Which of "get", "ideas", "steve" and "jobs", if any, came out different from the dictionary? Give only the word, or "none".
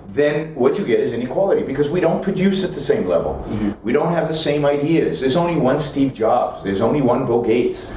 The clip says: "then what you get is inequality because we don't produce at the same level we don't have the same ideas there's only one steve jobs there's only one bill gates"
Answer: none